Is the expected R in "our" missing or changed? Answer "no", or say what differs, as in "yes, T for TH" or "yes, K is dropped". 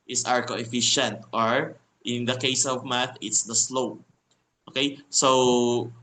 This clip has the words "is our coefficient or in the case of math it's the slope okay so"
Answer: no